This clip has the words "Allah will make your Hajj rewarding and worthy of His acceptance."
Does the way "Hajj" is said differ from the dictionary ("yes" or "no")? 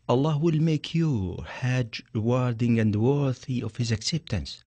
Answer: no